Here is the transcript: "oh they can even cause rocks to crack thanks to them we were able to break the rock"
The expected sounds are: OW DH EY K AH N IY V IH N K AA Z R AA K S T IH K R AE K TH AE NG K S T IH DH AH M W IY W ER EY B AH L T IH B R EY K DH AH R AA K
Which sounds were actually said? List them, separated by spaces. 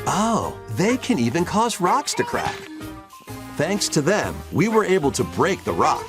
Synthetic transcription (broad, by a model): OW DH EY K AH N IY V IH N K AA Z R AA K S T IH K R AE K TH AE NG K S T IH DH AH M W IY W ER EY B L T IH B R EY K DH AH R AA K